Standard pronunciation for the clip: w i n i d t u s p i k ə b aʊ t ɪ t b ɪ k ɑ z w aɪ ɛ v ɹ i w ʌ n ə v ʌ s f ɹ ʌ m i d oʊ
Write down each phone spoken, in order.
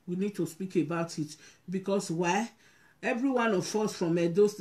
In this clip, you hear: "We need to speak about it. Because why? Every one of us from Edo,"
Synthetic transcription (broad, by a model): w i n i d t u s p i k ə b aʊ t ɪ t b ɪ k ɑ s w aɪ ɛ v ɹ i w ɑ n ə f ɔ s f ɹ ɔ m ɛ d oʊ